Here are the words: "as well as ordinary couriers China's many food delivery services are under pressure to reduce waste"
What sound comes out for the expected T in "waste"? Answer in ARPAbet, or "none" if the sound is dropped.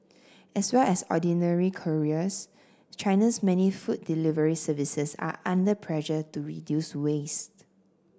T